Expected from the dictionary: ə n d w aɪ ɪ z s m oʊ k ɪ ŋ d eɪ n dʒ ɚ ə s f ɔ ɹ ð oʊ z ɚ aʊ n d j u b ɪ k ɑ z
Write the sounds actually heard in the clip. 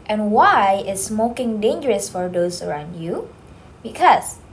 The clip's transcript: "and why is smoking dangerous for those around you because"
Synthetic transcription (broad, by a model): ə n w aɪ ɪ s m oʊ k ɪ ŋ d eɪ n dʒ ɚ ə s f ɔ ɹ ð oʊ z ɚ aʊ n d j u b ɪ k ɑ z